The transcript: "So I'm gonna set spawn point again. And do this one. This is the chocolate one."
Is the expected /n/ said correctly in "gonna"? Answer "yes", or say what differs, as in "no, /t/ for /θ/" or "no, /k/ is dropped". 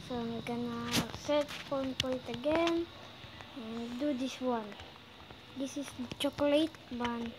yes